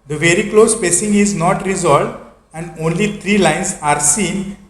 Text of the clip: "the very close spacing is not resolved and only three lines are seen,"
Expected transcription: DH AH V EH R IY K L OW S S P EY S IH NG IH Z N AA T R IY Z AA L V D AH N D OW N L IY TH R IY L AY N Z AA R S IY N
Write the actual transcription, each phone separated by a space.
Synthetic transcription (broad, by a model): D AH V EH R IY K L OW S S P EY S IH NG IH Z N AA T R IY Z AA L V D AH N D OW N L IY T R IY L AY N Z AA R S IY N